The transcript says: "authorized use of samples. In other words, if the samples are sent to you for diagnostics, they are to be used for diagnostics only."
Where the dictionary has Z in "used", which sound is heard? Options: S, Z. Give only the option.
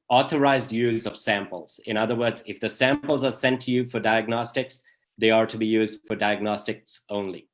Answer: Z